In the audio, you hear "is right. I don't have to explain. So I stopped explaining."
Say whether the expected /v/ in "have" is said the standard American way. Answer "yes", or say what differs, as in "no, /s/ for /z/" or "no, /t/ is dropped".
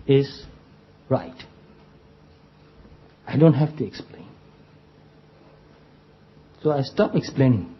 no, /f/ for /v/